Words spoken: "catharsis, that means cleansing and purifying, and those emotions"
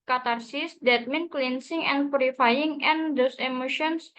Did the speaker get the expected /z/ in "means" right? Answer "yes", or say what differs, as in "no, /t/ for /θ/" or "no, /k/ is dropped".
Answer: no, /z/ is dropped